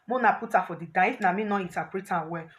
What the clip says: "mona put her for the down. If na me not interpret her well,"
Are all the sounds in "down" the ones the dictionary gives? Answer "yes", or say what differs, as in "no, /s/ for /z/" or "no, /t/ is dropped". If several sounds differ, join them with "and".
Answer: no, /n/ is dropped